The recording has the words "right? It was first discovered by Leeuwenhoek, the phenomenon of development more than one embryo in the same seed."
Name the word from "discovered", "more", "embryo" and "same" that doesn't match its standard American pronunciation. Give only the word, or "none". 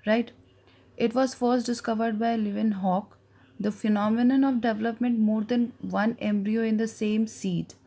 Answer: none